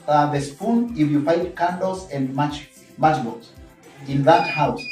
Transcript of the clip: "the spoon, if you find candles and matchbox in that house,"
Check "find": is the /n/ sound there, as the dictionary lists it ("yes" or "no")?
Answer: no